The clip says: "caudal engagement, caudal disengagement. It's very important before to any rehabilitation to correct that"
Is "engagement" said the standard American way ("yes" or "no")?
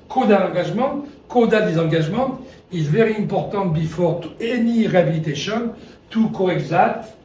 no